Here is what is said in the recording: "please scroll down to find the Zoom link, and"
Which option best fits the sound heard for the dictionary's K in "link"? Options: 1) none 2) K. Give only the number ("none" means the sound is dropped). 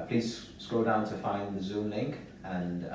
2